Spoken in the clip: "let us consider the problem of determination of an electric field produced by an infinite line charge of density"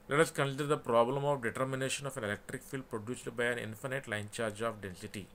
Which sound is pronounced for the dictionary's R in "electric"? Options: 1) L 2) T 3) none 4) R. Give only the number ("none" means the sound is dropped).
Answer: 4